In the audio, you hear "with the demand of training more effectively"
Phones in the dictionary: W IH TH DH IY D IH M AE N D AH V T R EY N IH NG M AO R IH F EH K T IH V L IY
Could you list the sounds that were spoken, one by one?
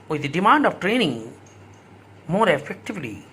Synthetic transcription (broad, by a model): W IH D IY D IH M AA N D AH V T R EY N IH NG M AO R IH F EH K T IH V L IY